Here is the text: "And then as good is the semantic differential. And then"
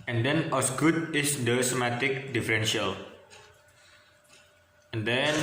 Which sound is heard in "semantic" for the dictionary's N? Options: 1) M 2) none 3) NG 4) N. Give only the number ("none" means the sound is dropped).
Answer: 2